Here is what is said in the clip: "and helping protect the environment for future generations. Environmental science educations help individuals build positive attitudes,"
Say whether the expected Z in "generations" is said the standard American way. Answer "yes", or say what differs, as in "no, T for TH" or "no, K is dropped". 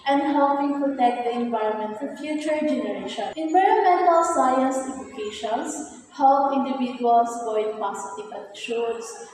no, Z is dropped